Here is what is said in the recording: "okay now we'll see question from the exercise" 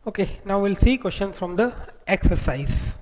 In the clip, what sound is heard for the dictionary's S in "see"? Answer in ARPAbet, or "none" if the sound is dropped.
S